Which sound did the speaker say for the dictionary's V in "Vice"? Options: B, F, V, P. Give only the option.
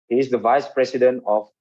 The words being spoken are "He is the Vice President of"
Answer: V